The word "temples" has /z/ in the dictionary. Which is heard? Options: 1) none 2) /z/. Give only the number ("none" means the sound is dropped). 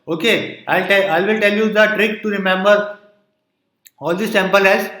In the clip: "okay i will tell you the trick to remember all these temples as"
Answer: 1